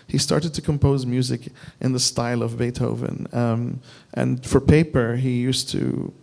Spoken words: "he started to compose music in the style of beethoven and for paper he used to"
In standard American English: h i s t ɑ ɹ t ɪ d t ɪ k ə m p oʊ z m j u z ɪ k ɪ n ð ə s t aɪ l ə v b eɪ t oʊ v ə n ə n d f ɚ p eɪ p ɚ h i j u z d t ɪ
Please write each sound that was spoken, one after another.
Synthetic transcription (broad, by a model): h i s t ɑ ɹ t ɪ d t ɪ k ə m p oʊ z m j u z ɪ k ɪ n ð ə s t aɪ l ə v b eɪ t oʊ v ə n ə n f ɚ p eɪ p ɚ h i j u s t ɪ